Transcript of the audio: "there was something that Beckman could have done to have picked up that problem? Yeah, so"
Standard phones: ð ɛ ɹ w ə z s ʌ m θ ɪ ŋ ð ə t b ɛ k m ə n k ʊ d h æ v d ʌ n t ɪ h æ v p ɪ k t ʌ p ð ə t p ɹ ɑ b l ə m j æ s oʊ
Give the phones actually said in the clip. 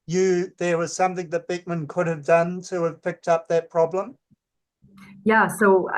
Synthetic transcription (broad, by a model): ð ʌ ɹ w ə z s ʌ m θ ɪ ŋ ð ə t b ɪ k m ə n k ʊ d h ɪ v d ʌ n t ɪ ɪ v p ɪ k t ʌ p ð ə t p ɹ ɑ b l ə m j æ s oʊ